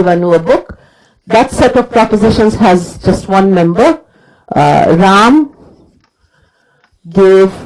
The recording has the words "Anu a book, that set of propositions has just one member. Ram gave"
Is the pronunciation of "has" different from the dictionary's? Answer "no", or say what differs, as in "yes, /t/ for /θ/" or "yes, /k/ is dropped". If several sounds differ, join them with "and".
no